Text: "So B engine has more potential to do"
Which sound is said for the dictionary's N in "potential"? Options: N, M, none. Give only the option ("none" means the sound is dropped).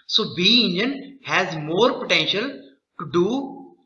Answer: N